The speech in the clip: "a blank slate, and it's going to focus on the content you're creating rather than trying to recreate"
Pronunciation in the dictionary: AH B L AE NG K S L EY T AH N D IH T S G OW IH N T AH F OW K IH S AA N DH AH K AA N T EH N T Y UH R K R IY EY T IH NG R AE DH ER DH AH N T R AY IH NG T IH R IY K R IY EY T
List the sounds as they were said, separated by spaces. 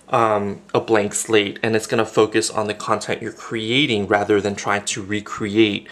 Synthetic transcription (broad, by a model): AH B L AE NG K S L EY T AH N IH T S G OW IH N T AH F OW K IH S N DH AH K AA N T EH N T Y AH R K R IY EY T IH NG R AE DH ER DH AH N T R AY IH NG T IH R IY K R IY EY T